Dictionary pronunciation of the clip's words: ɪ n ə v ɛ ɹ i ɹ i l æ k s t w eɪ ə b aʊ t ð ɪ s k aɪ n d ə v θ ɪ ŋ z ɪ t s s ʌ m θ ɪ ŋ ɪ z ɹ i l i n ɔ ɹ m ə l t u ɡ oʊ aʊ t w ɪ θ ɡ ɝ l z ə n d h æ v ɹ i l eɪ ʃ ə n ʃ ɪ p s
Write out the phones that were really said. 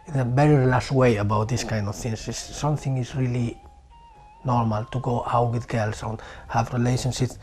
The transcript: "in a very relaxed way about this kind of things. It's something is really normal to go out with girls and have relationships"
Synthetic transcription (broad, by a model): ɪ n ə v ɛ ɹ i ɹ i l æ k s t w eɪ ə b aʊ t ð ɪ s k aɪ n d ə v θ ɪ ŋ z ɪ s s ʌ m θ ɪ ŋ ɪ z ɹ i l i n ɔ ɹ m ə l t u ɡ oʊ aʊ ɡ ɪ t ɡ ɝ l s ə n h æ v ɹ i l eɪ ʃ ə n ʃ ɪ p s